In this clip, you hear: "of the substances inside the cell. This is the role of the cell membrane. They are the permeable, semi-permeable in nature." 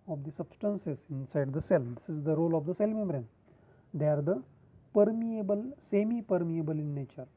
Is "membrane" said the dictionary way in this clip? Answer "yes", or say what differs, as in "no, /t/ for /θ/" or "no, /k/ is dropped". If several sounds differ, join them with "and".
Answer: no, /b/ is dropped